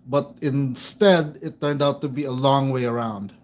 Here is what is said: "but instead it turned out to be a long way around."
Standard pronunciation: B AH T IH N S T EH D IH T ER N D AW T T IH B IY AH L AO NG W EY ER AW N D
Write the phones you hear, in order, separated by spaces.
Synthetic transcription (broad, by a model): B AH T IH N S T EH D IH T ER N D AW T T IH B IY AH L AO NG W EY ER AW N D